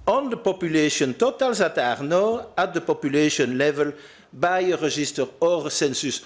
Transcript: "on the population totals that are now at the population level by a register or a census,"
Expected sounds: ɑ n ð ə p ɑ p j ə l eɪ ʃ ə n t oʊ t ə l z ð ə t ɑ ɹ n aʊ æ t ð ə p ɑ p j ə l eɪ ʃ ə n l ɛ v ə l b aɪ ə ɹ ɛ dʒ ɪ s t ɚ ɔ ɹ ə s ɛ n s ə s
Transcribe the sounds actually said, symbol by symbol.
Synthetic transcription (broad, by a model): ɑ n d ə p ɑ p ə l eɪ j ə n t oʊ t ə l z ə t ɑ ɹ n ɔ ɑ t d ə p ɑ p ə l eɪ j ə n l ɛ v ə l b aɪ ə ɹ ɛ ʒ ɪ s t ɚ ɔ ɹ ə s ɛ n s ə s